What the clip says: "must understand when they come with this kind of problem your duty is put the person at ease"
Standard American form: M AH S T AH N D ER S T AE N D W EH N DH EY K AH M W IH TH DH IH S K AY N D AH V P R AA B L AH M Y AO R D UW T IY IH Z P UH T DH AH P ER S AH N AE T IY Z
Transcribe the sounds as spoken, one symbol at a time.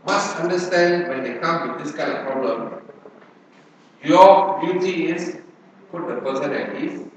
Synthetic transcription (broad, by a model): M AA S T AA N D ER S T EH N D W EH N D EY K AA M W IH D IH S K AY N D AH F P R AA B L AH M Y AO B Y UW T IY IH S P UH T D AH P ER S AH N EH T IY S